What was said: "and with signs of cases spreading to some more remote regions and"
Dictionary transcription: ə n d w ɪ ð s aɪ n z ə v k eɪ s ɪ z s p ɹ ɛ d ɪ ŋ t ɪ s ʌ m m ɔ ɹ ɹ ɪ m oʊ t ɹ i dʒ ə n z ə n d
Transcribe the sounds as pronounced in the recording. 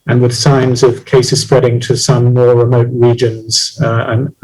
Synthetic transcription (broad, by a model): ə n w ɪ ð s aɪ n z ə v k eɪ s ɪ z s p ɹ ɛ d ɪ ŋ t ɪ s ʌ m m ɔ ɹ ɹ ɪ m oʊ t ɹ i dʒ ə n z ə n